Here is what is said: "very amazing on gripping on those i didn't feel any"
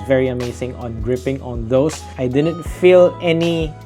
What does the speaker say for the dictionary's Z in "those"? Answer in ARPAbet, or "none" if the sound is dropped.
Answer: S